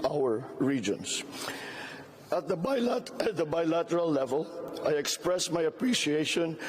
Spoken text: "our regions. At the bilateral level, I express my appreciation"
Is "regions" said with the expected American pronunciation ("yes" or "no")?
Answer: no